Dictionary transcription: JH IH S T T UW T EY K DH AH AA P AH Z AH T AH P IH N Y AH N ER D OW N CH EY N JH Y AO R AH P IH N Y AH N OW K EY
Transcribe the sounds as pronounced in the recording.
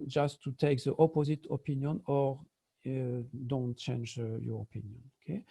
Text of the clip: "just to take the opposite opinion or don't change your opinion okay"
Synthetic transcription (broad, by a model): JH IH S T T UW T EY K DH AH AA P AH Z AH T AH P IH N Y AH N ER D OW N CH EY N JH Y AO R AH P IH N Y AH N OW K EY